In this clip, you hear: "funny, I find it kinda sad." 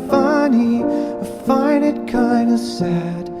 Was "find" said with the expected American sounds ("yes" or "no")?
no